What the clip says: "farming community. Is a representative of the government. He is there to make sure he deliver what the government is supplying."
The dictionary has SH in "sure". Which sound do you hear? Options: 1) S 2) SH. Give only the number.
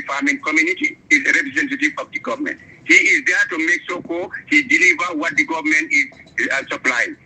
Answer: 1